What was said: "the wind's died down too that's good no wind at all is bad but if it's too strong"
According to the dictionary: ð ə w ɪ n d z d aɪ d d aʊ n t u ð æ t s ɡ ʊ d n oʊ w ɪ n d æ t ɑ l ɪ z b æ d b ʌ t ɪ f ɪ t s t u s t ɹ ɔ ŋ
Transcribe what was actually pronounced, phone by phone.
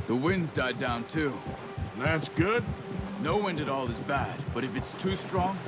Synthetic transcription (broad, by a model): ð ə w ɪ n d z d aɪ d d aʊ n t u ð æ t s ɡ ʊ d n oʊ w ɪ n d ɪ t ɑ l ɪ z b æ d b ʌ t ɪ f ɪ t s t u s t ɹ ɔ ŋ